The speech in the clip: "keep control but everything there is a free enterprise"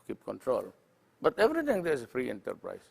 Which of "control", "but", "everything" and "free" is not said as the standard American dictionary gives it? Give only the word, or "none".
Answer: everything